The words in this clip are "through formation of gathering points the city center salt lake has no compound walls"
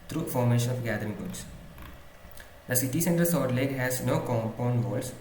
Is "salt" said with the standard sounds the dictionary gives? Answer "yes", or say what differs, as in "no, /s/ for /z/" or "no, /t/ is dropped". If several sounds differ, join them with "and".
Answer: no, /l/ is dropped